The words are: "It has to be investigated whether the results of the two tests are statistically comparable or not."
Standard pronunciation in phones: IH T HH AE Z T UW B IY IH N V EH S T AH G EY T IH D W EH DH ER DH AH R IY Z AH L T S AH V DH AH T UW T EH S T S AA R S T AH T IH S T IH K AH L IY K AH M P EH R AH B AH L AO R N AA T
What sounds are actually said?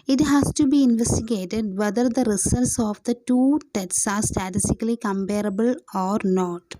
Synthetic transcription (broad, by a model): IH T HH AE S T UW B IY IH N V EH S T AH G EY T IH D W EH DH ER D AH R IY S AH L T S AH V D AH T UW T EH T S AA R S T AH T IH S T IH K AH L IY K AH M P EH R AH B AH L AO R N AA T